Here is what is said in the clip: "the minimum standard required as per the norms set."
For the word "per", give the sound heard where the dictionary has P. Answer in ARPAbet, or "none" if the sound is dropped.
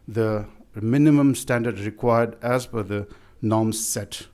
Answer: F